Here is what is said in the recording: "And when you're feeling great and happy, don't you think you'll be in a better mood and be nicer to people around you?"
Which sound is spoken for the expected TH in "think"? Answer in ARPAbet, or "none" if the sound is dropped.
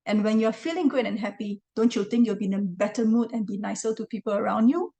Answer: T